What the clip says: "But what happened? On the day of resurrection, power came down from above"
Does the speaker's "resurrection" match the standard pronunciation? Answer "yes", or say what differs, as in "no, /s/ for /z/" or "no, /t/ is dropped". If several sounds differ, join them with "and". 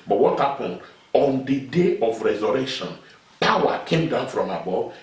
no, /k/ is dropped